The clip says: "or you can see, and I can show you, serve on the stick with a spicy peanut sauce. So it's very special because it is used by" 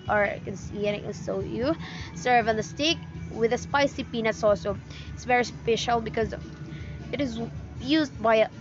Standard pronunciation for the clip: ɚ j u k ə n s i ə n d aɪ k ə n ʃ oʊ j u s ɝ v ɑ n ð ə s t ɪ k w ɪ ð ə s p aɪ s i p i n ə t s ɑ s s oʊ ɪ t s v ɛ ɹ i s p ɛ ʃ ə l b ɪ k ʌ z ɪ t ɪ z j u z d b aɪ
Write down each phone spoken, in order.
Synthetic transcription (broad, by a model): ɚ k ə n s i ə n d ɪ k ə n s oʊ j u s ɝ v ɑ n ð ə s t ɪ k w ɪ ð ə s p aɪ s i p i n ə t s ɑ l s oʊ ɪ t s v ɛ ɹ i s p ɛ ʃ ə l b ɪ k ʌ z ɪ t ɪ z j u z d b aɪ